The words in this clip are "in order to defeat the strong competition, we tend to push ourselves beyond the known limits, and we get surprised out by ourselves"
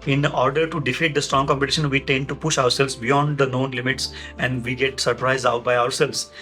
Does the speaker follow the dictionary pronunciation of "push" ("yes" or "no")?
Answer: yes